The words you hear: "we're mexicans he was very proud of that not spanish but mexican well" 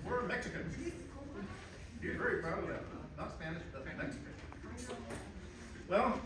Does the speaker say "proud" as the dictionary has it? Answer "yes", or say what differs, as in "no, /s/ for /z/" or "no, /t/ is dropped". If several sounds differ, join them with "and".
no, /d/ is dropped